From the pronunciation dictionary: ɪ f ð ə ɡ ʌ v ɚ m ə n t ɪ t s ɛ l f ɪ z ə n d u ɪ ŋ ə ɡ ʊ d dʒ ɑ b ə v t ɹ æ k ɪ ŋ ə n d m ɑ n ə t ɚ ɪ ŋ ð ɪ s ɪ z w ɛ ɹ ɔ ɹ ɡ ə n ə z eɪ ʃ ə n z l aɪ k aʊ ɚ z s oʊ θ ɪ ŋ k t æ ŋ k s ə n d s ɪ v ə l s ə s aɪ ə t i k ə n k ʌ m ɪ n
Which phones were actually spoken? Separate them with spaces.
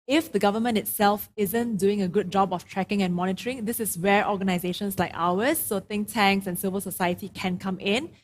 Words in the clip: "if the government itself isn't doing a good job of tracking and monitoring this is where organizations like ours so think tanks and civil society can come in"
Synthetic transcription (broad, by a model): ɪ f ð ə ɡ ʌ v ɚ m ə n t ɪ t s ɛ l f ɪ z ə n d u ɪ ŋ ə ɡ ʊ d dʒ ɑ b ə f t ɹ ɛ k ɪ ŋ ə n m ɑ n ə t ɚ ɪ ŋ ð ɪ s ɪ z w ɛ ɹ ɔ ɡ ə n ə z eɪ ʃ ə n s l aɪ k aʊ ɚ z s oʊ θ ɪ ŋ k t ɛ ŋ k s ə n s ɪ v ə l s ə s aɪ ə t i k ə n k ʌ m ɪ n